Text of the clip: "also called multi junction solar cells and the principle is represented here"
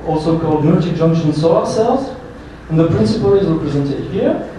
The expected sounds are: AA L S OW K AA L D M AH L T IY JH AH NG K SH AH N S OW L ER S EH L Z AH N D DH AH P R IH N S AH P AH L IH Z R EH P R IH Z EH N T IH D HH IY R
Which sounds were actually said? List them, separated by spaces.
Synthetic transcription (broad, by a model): AA L S OW K AA L D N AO T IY JH AH NG K SH AH N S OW ER S EH L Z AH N DH AH P R IH N S AH P AH L IH Z R EH P R IH Z EH N T IH D HH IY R